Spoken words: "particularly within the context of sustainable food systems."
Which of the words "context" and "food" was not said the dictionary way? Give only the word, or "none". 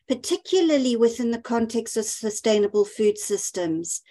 none